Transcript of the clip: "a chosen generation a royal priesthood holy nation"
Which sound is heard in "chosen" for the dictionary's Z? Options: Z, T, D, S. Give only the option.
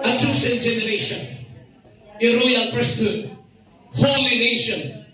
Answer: S